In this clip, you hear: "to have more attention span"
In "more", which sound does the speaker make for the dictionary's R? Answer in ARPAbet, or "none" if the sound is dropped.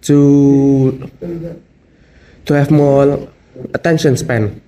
L